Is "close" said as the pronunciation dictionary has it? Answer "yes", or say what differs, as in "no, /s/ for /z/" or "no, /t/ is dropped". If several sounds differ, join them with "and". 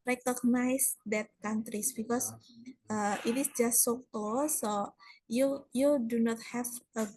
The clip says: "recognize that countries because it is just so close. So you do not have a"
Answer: no, /l/ is dropped